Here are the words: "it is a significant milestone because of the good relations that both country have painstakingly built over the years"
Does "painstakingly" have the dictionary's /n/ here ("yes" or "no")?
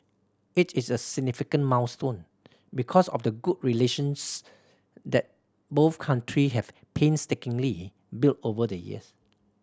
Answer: yes